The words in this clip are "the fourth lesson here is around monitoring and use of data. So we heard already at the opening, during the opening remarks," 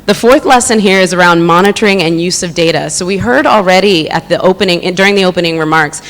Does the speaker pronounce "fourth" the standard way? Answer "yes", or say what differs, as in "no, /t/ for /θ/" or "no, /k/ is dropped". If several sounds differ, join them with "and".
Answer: yes